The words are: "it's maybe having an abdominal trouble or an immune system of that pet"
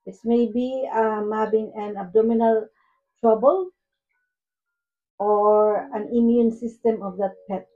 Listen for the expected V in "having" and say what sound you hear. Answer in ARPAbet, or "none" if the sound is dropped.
B